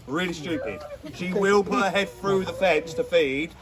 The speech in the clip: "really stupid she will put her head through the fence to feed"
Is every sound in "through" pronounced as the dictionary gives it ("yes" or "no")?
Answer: yes